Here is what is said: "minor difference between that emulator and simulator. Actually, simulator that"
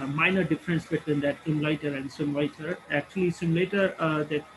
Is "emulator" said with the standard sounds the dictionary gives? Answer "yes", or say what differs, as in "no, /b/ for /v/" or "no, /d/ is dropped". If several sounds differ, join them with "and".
no, /l/ is dropped